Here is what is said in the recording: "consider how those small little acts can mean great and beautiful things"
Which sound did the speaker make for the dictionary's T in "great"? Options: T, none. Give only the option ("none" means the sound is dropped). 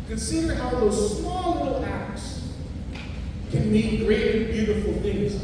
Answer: none